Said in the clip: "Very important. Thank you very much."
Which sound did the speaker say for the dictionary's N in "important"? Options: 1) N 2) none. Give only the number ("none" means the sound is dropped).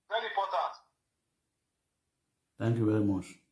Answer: 2